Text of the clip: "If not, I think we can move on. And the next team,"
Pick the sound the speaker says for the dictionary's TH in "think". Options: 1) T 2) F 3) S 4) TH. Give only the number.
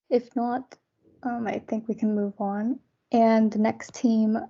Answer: 4